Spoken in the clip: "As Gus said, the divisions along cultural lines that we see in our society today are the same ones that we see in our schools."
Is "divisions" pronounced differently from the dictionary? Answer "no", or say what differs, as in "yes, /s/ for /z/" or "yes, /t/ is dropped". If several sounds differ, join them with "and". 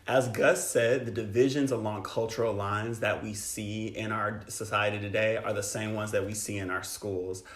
no